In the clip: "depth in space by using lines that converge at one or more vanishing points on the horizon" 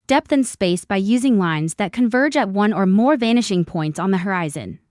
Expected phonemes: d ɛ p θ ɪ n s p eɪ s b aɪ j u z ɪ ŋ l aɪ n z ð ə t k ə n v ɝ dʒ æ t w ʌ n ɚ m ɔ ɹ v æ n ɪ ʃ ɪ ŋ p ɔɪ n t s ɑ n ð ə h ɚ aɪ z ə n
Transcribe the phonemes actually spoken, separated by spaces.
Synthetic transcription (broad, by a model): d ɛ p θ ɪ n s p eɪ s b aɪ j u z ɪ ŋ l aɪ n z ð ə t k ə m v ɝ dʒ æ t w ʌ n ɚ m ɔ ɹ v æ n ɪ ʃ ɪ ŋ p ɔɪ n t s n ð ə h ɚ aɪ z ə n